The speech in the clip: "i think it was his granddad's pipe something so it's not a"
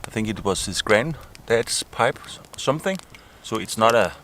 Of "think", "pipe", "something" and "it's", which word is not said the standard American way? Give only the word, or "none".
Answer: none